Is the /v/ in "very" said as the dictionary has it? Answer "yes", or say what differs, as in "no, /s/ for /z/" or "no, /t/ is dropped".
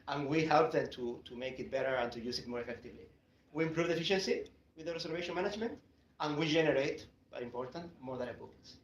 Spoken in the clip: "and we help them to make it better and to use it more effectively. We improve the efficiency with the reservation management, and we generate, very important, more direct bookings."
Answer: no, /b/ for /v/